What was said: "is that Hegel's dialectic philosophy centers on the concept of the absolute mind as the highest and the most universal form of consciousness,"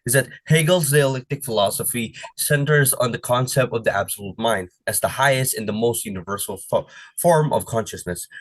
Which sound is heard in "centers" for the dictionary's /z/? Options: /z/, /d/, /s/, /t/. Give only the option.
/z/